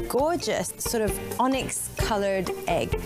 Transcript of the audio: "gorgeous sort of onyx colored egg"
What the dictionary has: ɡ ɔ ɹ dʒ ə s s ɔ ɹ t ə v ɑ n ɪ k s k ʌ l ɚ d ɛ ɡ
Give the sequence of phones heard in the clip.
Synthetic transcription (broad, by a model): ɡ ɔ ɹ dʒ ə s s ɔ ɹ t ə v ɑ n ɪ k s k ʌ l ɚ d ɛ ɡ